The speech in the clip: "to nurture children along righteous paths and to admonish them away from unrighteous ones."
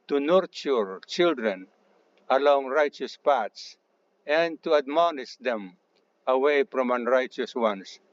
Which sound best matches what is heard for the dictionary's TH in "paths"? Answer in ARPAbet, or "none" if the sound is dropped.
T